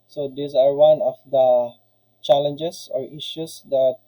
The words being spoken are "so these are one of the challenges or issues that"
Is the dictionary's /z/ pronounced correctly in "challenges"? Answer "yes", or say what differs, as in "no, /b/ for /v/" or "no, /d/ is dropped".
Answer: no, /s/ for /z/